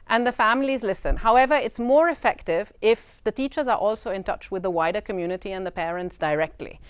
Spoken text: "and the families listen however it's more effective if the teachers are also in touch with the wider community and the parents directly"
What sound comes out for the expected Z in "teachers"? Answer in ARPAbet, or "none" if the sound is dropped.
Z